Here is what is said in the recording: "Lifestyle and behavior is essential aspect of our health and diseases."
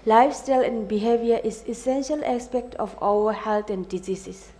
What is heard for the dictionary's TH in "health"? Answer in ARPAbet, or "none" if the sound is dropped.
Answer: T